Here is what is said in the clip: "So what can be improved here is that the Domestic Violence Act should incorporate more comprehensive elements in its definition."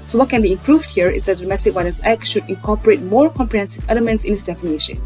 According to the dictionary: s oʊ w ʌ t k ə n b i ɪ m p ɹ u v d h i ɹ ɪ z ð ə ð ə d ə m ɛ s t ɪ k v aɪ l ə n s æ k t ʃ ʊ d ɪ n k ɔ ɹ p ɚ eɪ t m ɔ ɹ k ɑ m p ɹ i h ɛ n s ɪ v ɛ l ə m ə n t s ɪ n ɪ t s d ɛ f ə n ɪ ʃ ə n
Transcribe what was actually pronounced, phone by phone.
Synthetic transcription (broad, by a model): s oʊ w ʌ t k ə n b i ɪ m p ɹ u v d h i ɹ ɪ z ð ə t d ə m ɛ s t ɪ k w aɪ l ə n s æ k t ʃ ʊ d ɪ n k ɔ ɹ p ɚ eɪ t m ɔ ɹ k ɑ m p ɹ i h ɛ n s ɪ v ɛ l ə m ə n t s ɪ n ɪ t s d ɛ f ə n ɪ ʃ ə n